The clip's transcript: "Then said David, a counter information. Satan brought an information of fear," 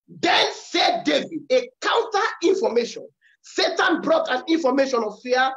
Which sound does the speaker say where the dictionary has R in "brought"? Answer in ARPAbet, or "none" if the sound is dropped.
R